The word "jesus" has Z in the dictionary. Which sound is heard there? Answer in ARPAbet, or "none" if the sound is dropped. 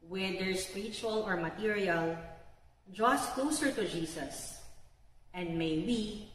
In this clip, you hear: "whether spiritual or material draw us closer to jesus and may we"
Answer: S